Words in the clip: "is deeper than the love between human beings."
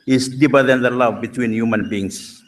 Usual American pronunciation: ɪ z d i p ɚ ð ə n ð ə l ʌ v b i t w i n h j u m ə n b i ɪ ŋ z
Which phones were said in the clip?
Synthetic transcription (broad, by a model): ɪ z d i b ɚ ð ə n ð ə l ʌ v b i t w i n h j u m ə n b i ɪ ŋ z